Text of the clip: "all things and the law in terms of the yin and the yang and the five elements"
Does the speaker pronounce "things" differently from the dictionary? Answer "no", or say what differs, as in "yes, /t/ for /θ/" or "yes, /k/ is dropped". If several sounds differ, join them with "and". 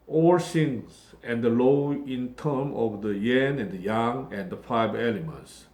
yes, /s/ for /θ/